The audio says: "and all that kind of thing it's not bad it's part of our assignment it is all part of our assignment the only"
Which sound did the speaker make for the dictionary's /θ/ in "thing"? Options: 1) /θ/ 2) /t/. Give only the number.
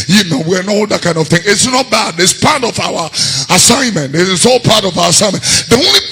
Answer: 1